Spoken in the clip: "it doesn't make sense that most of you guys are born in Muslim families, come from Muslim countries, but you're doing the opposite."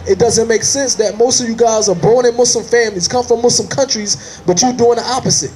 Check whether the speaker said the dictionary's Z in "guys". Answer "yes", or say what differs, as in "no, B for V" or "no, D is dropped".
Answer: yes